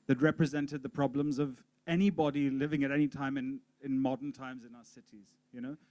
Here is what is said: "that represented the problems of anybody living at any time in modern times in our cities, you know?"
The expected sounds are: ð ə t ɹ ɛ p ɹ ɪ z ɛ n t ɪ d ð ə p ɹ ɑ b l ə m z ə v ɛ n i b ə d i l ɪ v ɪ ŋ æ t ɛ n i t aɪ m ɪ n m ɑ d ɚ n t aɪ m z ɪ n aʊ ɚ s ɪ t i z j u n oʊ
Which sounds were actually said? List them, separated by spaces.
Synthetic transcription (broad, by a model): ð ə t ɹ ɛ p ɹ ɪ z ɛ n t ɪ d ð ə p ɹ ɑ b l ə m z ə v ɛ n i b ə d i l ɪ v ɪ ŋ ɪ t ɛ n i t aɪ m ɪ n m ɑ d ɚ n t aɪ m z ɪ n aʊ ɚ s ɪ t i z j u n oʊ